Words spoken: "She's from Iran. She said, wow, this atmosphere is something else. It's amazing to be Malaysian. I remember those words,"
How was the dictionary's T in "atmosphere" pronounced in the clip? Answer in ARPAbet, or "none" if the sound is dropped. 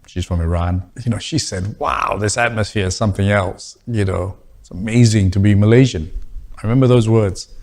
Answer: T